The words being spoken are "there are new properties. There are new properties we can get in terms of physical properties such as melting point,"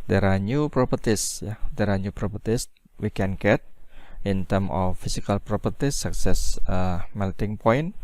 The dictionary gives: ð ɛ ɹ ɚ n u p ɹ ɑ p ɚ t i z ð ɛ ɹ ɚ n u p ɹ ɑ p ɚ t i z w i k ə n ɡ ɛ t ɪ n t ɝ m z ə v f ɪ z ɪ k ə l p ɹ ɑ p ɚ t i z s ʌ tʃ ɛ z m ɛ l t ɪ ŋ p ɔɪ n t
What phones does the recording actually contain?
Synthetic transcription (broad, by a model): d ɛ ɹ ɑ n u p ɹ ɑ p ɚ t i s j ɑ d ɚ n u p ɹ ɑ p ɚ t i s w i k ə n ɡ ɛ t ɪ n t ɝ m ə f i s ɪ k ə l p ɹ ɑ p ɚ t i s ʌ s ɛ s m ɛ l t ɪ ŋ p ɔɪ n